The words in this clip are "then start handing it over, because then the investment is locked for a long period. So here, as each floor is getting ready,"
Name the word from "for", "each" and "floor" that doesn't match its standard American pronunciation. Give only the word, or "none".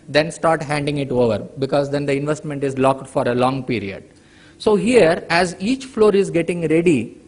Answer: none